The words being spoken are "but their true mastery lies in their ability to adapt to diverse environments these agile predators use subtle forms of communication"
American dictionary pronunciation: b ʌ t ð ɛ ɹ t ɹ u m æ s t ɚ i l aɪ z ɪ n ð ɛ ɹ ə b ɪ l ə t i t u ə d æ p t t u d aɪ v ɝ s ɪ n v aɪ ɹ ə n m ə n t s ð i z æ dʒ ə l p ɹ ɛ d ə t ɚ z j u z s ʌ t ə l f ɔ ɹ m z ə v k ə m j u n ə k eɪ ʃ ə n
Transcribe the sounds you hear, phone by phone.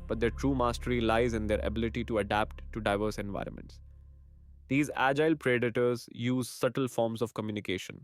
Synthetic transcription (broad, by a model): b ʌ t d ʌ t ɹ u m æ s t ɚ i l aɪ z ɪ n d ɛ ɹ ə b ɪ l ə t i t u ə d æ p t t u d aɪ v ɝ s ɪ n v aɪ ɹ ə n m ə n t s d i z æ dʒ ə l p ɹ ɛ d ə t ɚ z j u z s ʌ t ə l f ɔ ɹ m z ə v k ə m j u n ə k eɪ ʃ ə n